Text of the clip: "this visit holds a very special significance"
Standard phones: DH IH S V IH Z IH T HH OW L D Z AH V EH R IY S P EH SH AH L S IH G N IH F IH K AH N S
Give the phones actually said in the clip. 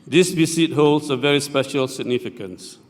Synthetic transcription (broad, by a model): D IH S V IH S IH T HH OW L D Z AH V EH R IY S P EH SH AH L S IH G N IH F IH K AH N S